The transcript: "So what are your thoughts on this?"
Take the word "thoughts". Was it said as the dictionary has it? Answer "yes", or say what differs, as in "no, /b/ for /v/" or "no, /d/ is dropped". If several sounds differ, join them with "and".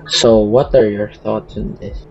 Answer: yes